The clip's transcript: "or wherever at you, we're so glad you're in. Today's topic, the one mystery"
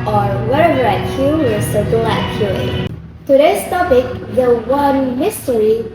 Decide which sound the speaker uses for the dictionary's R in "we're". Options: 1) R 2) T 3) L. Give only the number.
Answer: 3